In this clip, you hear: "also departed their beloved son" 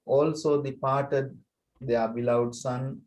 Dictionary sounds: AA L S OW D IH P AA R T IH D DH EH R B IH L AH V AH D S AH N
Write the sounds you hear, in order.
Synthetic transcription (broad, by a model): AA L S OW D IH P AA R T IH D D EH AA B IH L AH AH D S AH N